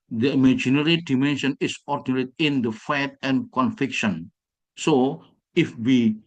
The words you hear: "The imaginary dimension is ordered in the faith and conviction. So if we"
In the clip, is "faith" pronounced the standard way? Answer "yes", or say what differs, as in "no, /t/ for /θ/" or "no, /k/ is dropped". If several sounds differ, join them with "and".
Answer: no, /t/ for /θ/